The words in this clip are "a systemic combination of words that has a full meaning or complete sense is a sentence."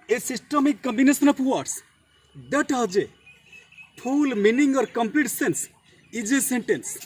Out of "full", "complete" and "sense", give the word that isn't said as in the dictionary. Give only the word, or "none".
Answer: full